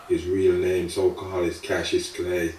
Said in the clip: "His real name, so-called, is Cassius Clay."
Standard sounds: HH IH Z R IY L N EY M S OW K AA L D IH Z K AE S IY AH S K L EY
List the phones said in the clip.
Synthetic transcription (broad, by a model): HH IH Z R IY L N EY M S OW K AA L IH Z K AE SH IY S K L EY